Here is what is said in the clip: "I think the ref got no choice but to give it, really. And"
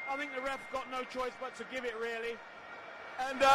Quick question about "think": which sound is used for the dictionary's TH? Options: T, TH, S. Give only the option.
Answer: TH